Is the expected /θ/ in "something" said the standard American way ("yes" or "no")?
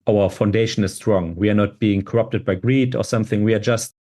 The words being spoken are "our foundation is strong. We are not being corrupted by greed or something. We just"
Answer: yes